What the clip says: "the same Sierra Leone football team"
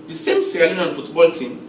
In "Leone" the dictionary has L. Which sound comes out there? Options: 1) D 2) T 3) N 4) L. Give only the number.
3